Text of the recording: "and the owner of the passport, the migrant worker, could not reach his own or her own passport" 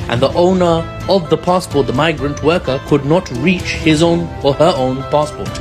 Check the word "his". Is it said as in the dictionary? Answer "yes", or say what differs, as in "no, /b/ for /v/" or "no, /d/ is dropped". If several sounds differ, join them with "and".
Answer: yes